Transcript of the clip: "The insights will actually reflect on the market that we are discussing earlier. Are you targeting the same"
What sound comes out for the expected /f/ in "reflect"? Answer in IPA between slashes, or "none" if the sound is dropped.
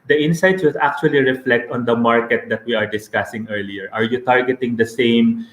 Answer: /f/